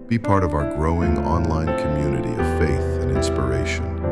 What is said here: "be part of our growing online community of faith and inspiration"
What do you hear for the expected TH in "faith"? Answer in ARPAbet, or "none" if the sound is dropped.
TH